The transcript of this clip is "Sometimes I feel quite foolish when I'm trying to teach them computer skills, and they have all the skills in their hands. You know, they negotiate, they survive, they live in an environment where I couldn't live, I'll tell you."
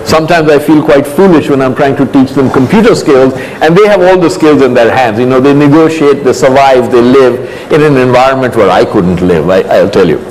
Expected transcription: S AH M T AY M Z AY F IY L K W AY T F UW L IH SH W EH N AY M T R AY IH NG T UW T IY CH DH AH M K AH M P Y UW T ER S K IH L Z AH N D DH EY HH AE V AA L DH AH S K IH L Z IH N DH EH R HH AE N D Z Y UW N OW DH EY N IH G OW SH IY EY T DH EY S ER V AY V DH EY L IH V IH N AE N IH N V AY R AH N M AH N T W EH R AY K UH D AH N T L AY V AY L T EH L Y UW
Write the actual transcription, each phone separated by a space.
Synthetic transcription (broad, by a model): S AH M T AY M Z AY F IY L K W AY T F UW L IH SH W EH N AY M T R AY IH NG T UW T IY CH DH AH M K AH M P Y UW T ER S K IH L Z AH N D EY HH AE V AA L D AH S K IH L Z IH N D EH R HH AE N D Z Y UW N OW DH EY N IH G OW SH IY EY T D EY S ER V AY V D EY L IH V IH N AE N IH N V AY R AH N M AH N T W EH R AY K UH D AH N T L AY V AY L T EH L Y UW